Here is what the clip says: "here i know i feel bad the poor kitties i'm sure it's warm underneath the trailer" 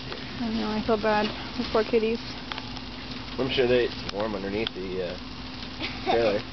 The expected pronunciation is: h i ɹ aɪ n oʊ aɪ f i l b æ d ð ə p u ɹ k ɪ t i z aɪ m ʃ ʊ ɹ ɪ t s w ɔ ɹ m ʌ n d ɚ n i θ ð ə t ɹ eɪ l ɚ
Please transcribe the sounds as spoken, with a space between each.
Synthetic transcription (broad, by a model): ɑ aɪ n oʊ aɪ f i l b æ d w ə f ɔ ɹ k ɪ t i z aɪ m ʃ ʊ ɹ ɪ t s w ɔ ɹ m ʌ n d ɚ n i θ ð ə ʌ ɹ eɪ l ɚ